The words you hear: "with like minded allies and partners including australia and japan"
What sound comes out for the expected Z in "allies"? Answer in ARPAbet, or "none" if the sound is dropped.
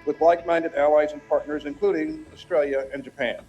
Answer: Z